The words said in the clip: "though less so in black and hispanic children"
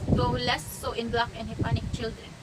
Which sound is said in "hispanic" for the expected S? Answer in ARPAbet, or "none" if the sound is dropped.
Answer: none